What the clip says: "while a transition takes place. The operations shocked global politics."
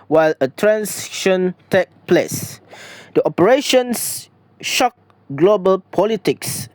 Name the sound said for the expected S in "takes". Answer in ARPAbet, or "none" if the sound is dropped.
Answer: none